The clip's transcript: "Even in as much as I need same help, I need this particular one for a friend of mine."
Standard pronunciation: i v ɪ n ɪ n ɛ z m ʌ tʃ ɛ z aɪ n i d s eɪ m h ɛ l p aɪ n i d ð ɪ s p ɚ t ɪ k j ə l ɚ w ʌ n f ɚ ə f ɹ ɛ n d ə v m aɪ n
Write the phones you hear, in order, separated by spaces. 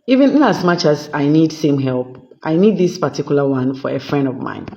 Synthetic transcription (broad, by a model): i v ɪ n ɪ n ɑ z m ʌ tʃ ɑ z aɪ n i d s eɪ m h ɛ l p aɪ n i d ð ɪ s p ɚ t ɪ k j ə l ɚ w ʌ n f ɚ ə f ɹ ɛ n d ə v m aɪ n